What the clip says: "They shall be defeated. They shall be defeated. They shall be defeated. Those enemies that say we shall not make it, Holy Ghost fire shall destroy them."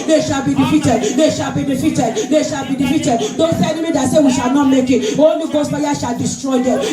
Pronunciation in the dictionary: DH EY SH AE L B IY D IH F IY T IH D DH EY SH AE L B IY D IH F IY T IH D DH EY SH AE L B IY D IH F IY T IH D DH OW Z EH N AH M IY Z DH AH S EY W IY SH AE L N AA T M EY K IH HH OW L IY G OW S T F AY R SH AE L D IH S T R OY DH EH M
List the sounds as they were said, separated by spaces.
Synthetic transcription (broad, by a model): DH EY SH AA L B IY D IH F IY T IH D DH EY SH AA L B IY D IH F IY T IH D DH EY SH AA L B IY D IH F IY T IH D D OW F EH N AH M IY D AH S EY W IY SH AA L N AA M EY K IH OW N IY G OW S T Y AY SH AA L D IH S T R OY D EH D